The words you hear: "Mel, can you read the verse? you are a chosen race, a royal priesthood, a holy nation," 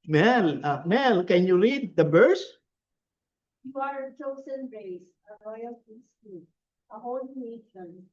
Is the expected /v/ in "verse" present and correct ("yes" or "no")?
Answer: no